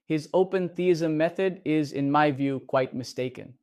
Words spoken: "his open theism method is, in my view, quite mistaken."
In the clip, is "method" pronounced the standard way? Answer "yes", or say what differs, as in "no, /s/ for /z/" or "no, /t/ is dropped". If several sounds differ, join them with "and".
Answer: yes